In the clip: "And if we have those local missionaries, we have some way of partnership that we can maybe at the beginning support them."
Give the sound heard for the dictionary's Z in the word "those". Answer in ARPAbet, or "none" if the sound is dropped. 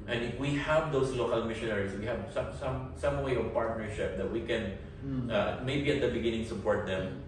S